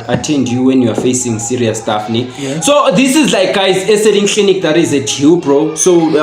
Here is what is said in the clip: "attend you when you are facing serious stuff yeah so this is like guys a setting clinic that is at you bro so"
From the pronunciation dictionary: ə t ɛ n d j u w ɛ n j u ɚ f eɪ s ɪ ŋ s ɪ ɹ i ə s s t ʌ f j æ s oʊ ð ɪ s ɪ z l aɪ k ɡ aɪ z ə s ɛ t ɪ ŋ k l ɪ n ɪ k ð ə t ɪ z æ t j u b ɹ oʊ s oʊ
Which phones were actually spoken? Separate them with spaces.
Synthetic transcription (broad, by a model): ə t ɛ n d j u w ɛ n j u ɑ f eɪ s ɪ ŋ s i ɹ i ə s s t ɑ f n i s oʊ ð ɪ s ɪ z l aɪ k ɡ aɪ z ə s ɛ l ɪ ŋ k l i n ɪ k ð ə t ɪ z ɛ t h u b ɹ oʊ s oʊ